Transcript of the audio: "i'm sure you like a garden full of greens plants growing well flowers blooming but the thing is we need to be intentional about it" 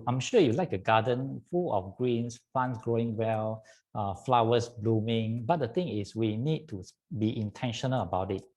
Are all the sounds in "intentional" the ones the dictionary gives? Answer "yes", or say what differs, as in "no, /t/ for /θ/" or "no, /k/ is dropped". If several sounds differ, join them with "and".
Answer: yes